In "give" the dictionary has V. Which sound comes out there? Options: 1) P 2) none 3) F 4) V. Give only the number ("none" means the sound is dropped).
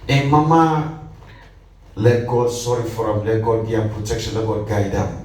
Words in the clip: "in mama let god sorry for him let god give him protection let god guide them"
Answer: 2